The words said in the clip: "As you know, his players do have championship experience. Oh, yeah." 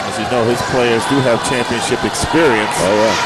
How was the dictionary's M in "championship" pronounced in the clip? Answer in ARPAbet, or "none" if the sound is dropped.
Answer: M